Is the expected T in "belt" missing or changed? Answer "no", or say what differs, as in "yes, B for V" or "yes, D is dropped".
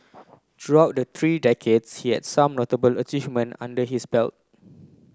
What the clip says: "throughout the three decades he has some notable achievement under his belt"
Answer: no